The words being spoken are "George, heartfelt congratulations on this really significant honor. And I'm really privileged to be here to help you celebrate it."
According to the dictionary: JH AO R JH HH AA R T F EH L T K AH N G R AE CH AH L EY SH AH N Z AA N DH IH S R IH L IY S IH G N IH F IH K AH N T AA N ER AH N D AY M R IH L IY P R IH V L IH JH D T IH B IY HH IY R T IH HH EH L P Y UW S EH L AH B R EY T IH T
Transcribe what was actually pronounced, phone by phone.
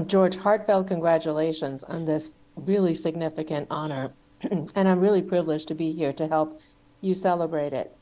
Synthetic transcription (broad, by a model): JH AO R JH HH AA R T F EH L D K AH N G R AE CH AH L EY SH AH N Z N DH IH S R IH L IY S IH G N IH F IH K AH N T AA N ER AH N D AY M R IH L IY P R IH V L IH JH T IH B IY HH IY R T IH HH EH L P Y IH S EH L AH B R EY T IH T